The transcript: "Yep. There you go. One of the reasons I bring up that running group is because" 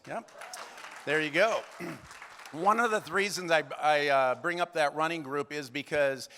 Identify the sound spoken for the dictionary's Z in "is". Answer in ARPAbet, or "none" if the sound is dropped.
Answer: Z